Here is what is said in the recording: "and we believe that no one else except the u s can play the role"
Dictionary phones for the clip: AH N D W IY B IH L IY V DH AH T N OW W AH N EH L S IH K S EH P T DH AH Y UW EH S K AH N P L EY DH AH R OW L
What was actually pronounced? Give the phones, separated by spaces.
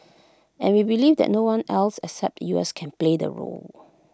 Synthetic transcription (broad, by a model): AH N W IY B IH L IY V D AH T N OW W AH N EH L S IH K S EH P T Y UW EH S K AH N P L EY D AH R OW L